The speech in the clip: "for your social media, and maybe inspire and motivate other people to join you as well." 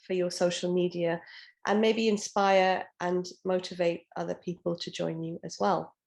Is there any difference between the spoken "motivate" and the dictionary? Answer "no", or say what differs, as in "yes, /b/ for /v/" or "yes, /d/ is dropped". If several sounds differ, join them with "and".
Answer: no